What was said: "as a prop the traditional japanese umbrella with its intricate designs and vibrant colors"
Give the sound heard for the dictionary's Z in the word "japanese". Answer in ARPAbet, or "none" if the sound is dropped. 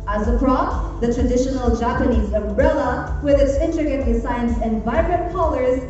Z